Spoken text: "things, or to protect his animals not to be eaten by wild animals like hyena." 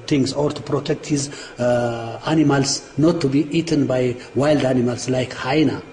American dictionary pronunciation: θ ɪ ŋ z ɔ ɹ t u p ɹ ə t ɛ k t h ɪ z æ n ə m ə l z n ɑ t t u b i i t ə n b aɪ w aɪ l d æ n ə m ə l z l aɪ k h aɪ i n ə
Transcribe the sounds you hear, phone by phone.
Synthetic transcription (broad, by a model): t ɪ ŋ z ɔ ɹ t u p ɹ ə t ɛ k t h ɪ z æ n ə m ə l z n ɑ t t u b i i t ə n b aɪ w aɪ l d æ n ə m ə l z l aɪ k h aɪ n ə